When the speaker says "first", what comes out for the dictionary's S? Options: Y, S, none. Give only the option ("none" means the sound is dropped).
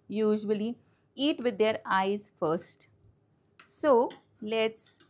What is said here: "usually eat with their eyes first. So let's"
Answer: S